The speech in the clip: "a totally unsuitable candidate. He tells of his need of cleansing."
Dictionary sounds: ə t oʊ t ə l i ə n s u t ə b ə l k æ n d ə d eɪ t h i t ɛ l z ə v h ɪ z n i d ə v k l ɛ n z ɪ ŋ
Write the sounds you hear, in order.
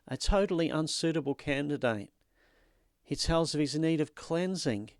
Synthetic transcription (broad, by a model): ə t oʊ t l i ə n s u t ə b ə l k æ n d ə d eɪ t h i t ɛ l z ə v ɪ z n i d ə v k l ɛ n z ɪ ŋ